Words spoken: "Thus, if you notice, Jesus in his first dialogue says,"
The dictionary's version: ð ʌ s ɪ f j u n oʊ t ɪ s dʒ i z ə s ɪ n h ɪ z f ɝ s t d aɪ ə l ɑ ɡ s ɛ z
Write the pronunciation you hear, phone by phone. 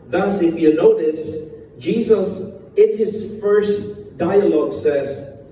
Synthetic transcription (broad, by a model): ð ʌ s ɪ f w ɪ n oʊ t ɪ s dʒ i z ə s ɪ n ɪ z f ɝ s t d aɪ ə l ɑ ɡ s ɛ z